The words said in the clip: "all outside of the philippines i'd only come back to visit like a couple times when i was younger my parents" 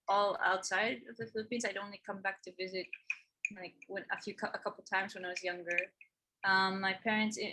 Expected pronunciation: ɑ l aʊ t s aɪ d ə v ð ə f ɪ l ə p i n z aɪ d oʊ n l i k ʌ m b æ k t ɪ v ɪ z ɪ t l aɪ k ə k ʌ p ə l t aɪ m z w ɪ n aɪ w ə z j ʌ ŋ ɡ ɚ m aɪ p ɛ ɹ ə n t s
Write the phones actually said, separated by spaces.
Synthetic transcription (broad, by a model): ɑ l aʊ t s aɪ d ə v ð ə f ɪ l ə p i n z aɪ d oʊ n l i k ʌ m b æ k t ɪ v ɪ z ɪ t l aɪ k ə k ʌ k ə l t aɪ m z w ɪ n aɪ w ə z j ʌ ŋ ɡ ɚ m aɪ p ɛ ɹ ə n t s